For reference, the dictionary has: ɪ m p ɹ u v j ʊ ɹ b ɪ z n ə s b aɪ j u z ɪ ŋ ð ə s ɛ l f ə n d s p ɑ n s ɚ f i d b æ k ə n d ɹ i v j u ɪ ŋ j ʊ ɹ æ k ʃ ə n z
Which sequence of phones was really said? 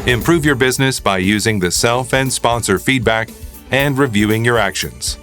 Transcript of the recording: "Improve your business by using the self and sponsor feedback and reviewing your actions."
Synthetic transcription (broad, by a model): ɪ m p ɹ u v j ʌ ɹ b ɪ z n ə s b aɪ j u z ɪ ŋ ð ə s ɛ l f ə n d s p ɑ n s ɚ f i d b æ k ə n d ɹ i v j u ɪ ŋ j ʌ ɹ æ k ʃ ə n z